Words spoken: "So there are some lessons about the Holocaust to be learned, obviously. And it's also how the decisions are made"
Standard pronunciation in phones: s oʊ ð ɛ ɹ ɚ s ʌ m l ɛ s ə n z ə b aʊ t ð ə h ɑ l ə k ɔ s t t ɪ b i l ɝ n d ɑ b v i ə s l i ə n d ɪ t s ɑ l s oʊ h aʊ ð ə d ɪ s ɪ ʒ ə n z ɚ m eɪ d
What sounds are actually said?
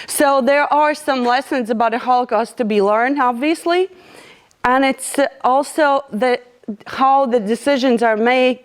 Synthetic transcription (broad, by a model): s oʊ ð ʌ ɹ ɚ s ʌ m l ɛ s ə n z ə b aʊ t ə h ɑ l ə k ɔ s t t ɪ b i l ɝ n d ɑ b v i ə s l i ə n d ɪ t s ɑ l s oʊ h aʊ ð ə d ɪ s ɪ ʒ ə n z ɚ m eɪ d